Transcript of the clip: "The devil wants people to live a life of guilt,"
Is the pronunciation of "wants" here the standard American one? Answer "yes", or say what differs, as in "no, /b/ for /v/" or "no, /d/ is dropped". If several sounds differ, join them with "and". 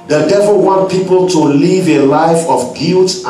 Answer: no, /s/ is dropped